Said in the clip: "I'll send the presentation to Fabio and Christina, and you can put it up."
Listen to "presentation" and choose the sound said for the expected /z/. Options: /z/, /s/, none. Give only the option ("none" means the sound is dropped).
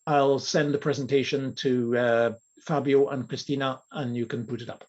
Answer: /z/